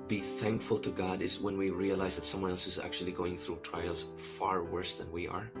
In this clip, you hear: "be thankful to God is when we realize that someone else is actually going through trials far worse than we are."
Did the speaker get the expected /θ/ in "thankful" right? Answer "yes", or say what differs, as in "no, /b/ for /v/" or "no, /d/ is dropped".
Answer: yes